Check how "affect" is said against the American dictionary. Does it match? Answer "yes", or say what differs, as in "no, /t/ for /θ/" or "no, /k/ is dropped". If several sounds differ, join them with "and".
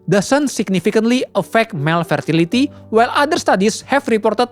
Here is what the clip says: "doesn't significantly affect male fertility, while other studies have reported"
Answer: yes